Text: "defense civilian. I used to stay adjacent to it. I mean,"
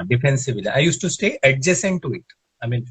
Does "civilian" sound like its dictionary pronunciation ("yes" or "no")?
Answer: no